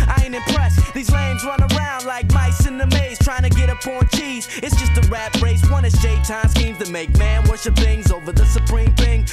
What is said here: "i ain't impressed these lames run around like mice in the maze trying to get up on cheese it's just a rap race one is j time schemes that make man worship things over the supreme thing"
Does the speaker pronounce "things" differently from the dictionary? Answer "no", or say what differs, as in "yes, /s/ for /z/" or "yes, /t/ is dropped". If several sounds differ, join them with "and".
no